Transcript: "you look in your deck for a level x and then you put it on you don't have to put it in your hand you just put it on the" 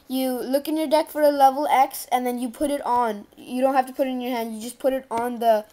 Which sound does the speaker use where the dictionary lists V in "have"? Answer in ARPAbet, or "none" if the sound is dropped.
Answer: F